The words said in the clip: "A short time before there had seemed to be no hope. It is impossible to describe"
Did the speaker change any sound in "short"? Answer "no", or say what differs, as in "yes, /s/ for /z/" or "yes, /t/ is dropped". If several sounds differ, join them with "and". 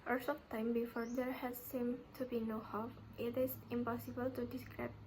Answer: yes, /s/ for /ʃ/